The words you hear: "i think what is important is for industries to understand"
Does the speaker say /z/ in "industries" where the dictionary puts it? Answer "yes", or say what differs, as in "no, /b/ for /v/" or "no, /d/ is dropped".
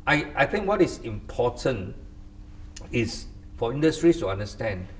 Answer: no, /s/ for /z/